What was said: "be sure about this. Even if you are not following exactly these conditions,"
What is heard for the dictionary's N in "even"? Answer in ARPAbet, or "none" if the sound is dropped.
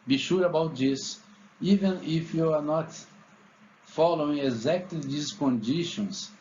N